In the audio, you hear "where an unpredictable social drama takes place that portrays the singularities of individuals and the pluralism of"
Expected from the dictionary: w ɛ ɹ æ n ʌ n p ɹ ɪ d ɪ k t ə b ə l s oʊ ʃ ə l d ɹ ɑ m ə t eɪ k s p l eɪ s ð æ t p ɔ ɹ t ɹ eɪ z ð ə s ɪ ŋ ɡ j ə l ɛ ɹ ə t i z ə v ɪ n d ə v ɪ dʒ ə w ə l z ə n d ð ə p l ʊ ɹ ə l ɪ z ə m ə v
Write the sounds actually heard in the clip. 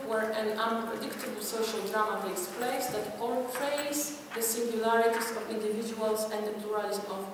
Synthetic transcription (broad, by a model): w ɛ ɹ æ n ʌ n p ɹ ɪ d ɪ k t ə b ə l s oʊ ʃ ə l d ɹ ɑ m ə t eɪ s p l eɪ s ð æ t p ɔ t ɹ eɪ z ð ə s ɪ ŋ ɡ j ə l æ ɹ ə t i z ə v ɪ n d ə v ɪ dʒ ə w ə l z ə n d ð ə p l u ɹ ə l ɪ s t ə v